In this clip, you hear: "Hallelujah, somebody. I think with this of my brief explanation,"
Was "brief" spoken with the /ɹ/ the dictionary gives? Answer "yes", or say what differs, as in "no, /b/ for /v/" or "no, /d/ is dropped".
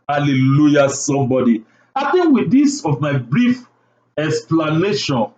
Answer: yes